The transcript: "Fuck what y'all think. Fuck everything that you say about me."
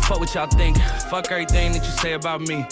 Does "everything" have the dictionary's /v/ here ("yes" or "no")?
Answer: no